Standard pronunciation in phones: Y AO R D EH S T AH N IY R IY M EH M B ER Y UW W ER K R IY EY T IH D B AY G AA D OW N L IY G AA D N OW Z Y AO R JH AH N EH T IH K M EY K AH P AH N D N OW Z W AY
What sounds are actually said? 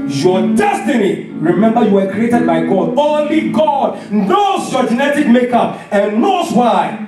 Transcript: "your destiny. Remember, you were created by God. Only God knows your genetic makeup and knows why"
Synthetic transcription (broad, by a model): Y AO D EH S T AH N IY R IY M EH M B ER Y UW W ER K R IY EY T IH D B AY G AA D OW N L IY G AA D N OW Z Y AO JH AH N EH T IH K M EY K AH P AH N N OW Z W AY